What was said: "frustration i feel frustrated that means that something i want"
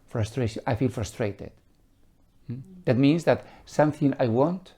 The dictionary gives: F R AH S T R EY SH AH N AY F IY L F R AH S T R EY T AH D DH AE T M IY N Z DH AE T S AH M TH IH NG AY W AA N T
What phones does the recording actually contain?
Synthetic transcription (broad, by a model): F R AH S T R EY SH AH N AY F IY L F R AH S T R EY T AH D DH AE T M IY N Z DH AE T S AH M TH IH NG AY W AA N T